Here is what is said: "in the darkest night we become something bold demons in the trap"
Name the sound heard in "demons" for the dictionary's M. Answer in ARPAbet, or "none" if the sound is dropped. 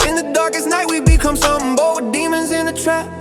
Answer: M